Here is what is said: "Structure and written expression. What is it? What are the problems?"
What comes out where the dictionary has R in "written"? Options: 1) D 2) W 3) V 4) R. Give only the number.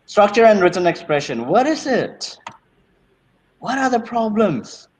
4